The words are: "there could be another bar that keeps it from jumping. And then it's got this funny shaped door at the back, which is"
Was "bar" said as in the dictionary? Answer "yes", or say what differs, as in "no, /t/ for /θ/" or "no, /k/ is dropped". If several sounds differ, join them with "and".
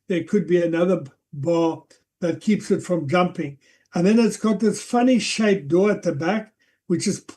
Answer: no, /l/ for /ɹ/